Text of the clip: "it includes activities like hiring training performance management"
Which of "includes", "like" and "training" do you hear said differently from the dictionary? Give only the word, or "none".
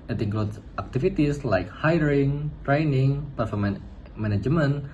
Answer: includes